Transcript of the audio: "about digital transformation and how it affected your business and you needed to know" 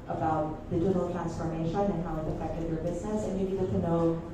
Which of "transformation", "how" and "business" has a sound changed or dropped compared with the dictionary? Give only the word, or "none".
none